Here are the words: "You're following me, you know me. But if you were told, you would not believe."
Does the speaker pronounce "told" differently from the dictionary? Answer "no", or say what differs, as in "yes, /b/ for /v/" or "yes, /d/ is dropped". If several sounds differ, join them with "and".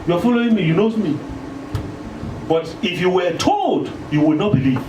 no